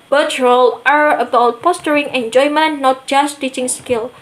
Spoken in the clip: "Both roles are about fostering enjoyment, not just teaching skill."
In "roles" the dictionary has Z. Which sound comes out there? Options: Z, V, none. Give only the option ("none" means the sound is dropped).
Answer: none